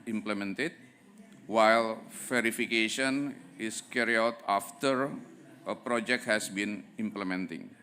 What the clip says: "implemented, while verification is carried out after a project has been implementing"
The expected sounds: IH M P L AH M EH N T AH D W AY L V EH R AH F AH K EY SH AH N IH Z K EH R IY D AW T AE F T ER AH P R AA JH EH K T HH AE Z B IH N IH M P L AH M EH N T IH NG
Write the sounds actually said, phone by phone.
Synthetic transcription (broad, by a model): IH M P L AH M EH N T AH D W AY L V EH R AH F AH K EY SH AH N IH S K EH R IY AW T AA F T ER AH P R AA JH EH K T HH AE S B IH N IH M P L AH M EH N T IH NG